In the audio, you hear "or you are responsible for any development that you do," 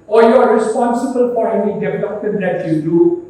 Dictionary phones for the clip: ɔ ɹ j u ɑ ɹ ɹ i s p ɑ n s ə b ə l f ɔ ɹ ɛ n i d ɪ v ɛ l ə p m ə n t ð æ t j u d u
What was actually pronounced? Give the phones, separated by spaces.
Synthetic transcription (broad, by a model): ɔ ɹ j ɑ ɹ ɹ i s p ɑ n s ə b ə l p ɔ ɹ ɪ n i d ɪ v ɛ l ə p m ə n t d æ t j u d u